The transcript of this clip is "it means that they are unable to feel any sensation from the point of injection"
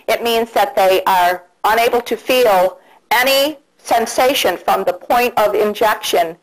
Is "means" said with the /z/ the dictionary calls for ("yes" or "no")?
yes